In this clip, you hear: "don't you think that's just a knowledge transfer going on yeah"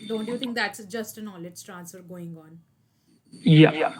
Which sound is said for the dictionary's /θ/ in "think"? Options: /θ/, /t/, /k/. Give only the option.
/t/